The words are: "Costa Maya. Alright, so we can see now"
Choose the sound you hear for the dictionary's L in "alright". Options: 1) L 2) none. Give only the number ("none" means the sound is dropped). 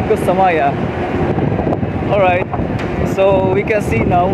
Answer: 1